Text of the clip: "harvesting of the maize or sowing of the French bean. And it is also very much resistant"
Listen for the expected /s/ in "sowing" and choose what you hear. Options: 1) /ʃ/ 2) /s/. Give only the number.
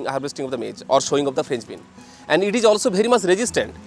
1